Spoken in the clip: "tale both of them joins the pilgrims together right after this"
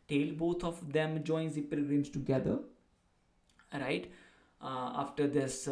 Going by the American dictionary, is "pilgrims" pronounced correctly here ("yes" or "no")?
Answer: no